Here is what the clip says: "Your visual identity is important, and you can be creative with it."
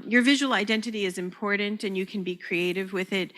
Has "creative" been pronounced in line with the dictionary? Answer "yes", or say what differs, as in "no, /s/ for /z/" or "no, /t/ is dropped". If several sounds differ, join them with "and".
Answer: yes